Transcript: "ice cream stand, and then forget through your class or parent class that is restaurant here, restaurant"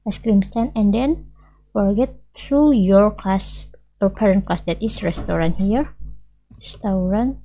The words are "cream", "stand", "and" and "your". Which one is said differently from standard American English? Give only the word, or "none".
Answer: stand